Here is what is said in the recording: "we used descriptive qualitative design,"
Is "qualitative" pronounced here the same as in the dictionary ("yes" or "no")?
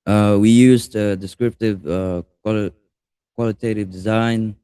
yes